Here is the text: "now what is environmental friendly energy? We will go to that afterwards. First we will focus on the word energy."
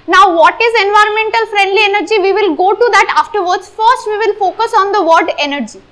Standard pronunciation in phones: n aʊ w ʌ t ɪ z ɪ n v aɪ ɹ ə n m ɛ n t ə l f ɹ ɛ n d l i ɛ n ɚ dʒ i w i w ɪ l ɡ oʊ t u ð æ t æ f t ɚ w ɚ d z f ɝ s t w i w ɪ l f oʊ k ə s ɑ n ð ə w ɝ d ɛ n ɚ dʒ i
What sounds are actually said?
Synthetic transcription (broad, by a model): n aʊ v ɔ t ɪ z ɪ n v aɪ ɹ ə n m ɛ n t ə l f ɹ ɛ n d l i ɛ n ɚ dʒ i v i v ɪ l ɡ oʊ t u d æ t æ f t ɚ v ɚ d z f ɝ s t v i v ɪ l f oʊ k ə s ɑ n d ə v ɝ d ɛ n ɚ dʒ i